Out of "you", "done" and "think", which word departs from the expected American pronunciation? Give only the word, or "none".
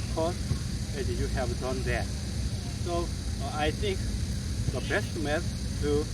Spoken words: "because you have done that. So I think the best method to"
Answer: think